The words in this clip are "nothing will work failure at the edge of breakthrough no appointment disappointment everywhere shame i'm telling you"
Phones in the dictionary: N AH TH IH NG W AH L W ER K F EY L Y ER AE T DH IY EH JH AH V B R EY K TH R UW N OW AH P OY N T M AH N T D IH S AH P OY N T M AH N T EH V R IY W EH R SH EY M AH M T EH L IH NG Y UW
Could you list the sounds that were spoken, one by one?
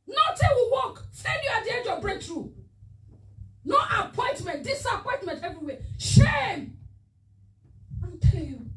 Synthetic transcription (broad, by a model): N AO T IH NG W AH W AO K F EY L Y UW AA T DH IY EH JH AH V B R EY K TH R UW N OW AH P OY N T M AH N T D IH S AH P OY N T M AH N T EH V R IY W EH SH EY M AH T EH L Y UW